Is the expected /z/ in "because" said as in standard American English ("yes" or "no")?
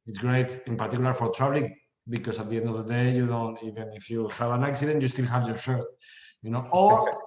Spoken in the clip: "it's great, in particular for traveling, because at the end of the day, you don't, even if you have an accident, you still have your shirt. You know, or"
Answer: no